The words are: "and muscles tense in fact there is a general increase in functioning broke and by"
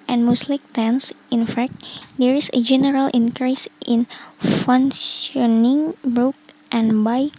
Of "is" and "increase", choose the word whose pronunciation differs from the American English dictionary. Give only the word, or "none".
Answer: is